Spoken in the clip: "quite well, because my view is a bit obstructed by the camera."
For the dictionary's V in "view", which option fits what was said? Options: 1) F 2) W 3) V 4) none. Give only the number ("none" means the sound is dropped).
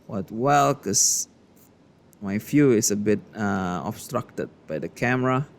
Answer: 1